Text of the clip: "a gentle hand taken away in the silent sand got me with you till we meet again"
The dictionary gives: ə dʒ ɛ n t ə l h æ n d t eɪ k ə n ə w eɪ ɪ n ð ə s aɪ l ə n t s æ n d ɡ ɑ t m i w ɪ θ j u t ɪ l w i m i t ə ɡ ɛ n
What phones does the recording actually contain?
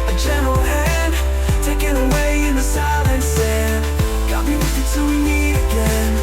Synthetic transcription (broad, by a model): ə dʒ ɛ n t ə l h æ n t eɪ k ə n ə w eɪ ɪ n ð ə s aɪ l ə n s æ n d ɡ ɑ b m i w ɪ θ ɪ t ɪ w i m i ə ɡ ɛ n